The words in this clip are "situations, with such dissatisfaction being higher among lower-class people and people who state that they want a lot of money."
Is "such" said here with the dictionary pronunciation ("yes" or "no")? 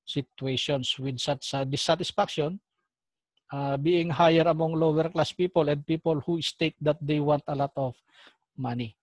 no